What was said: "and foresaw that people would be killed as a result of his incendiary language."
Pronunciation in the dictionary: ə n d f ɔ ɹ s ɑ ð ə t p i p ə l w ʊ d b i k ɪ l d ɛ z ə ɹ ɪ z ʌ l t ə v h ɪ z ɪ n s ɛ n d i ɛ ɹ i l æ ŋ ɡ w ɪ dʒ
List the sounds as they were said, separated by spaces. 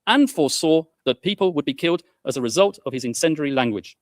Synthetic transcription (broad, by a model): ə n f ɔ s ɑ ð ə t p i p ə l w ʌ d b i k ɪ l d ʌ z ə ɹ ɪ z ʌ l t ə v ɪ z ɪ n s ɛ n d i ɹ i l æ ŋ ɡ w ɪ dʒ